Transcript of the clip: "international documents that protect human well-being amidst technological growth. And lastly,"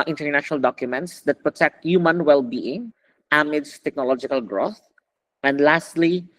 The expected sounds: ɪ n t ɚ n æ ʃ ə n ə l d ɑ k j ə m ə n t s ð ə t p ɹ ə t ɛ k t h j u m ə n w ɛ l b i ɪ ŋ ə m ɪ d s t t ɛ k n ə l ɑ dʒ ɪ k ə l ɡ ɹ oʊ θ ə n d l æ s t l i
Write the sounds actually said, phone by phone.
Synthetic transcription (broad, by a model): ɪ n t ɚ n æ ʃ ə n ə l d ɑ k j ə m ə n t s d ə t p ɹ ə t ɛ k t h j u m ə n w ɛ l b i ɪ ŋ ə m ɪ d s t t ɛ k n ə l ɑ dʒ ɪ k ə l ɡ ɹ oʊ θ ə n d l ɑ s t l i